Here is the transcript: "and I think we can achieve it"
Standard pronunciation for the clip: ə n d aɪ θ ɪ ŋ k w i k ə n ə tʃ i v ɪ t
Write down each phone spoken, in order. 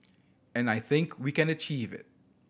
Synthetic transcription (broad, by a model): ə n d aɪ θ ɪ ŋ k w i k ə n ə tʃ i v ɪ t